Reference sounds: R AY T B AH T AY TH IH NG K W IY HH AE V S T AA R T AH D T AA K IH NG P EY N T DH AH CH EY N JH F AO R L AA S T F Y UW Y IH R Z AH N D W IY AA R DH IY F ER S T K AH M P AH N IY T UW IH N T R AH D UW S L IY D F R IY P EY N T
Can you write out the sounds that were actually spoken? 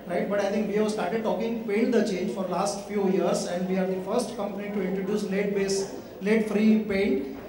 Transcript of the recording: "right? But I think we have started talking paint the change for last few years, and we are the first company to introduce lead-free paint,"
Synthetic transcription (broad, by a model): R AY T B AH T AY T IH NG K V IY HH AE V S T AA R T AH D T AA K IH NG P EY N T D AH CH EY N JH F AO R L AA S T F Y UW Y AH R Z AH N D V IY AA R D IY F ER S T K AH M P AH N IY T UW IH N T R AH D UW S L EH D F R IY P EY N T